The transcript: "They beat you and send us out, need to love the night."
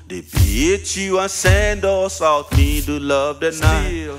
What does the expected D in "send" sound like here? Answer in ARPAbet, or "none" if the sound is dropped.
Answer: D